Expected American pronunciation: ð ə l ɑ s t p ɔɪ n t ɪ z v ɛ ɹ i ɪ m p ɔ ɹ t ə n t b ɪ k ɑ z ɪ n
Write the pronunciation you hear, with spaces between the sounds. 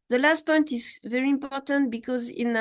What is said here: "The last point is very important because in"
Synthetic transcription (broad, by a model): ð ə l ɑ s t p ɔɪ n t ɪ z v ɛ ɹ i ɪ m p ɔ ɹ t ə n t b ɪ k ɑ z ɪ n